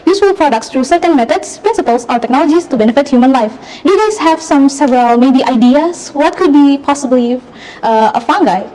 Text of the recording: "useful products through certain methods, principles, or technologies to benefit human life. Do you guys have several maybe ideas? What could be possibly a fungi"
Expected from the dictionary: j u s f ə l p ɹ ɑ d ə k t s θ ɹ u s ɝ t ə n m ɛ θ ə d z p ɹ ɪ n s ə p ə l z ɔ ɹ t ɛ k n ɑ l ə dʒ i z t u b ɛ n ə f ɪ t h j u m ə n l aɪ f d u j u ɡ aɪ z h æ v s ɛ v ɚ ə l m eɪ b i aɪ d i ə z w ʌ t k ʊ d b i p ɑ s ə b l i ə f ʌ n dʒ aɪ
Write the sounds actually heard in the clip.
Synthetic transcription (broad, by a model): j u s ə l p ɹ ɑ d ə k t s t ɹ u s ɝ t ə n m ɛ t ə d s p ɹ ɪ n s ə p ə l s ɔ ɹ t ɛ k n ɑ l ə dʒ i s t u b ɛ n ə f ɪ t h j u m ə n l aɪ f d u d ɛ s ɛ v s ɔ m s ɛ v ɚ ə l m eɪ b i aɪ d i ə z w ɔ t k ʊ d b i p ɑ s ə b l i ə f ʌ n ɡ aɪ